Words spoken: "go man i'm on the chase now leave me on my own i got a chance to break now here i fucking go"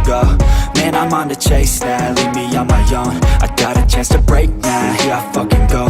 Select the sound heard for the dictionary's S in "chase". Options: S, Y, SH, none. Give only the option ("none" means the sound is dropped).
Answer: S